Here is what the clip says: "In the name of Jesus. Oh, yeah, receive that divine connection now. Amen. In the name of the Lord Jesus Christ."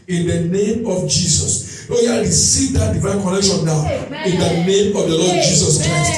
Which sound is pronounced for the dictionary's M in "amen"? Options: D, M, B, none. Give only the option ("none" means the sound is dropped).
none